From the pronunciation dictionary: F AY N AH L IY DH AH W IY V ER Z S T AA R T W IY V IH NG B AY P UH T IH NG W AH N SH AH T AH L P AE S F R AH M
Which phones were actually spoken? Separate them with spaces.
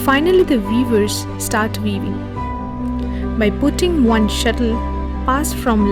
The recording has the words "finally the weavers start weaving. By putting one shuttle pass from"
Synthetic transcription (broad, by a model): F AY N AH L IY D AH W IY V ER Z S T AA R T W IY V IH NG B AY P UH T IH NG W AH N SH AH T AH L P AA S F R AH M